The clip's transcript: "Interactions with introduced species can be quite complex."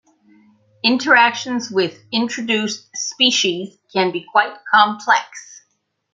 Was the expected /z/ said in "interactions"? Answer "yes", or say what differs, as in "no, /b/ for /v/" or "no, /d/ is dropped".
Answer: yes